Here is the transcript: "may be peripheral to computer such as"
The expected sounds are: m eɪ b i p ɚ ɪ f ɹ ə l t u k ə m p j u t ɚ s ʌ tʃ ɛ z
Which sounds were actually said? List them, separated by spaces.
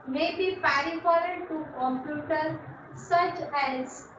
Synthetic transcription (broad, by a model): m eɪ b i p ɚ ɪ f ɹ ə n t u k ə m p j u t ɚ s ʌ tʃ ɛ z